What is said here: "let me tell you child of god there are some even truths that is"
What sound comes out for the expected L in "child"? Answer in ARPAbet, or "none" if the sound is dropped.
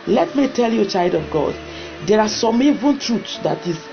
L